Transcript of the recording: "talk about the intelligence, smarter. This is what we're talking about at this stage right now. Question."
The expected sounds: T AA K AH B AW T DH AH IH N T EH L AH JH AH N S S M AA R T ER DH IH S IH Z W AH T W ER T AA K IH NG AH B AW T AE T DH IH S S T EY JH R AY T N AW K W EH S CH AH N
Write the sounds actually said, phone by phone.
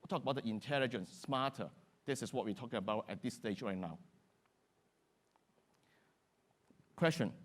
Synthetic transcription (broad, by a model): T AA K AH B AW T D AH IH N T EH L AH JH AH N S S M AA T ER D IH S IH S W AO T W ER T AA K IH NG AH B AW T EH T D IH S S T EY JH R AY T N AW K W EH S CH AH N